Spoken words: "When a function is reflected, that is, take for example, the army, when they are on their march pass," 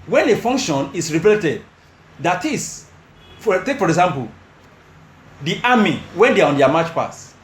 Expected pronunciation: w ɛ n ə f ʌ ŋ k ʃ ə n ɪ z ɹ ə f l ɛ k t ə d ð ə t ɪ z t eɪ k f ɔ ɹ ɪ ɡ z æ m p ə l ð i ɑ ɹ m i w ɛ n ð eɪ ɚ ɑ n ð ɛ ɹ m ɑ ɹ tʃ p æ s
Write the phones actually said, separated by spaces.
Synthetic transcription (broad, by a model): w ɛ n ə f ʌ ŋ k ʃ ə n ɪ s ɹ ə p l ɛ t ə d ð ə t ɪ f t eɪ k f ɔ ɹ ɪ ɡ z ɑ m p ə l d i ɑ m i w ɛ n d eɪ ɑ ɑ n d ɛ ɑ m ɑ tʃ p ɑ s